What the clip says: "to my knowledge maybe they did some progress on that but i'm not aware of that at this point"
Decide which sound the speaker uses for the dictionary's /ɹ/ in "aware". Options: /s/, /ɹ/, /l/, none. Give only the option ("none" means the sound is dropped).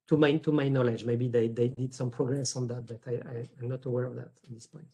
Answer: /ɹ/